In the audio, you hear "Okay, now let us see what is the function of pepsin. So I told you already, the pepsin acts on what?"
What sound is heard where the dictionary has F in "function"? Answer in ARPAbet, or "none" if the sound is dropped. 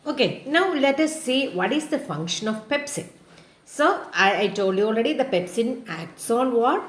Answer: F